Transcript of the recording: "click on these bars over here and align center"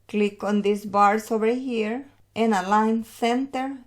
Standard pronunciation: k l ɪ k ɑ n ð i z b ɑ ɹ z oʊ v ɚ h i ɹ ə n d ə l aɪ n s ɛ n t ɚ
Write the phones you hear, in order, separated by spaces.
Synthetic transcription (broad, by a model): k l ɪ k ɑ n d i s b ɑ ɹ s oʊ v ɚ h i ɹ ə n ə l aɪ n s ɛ n t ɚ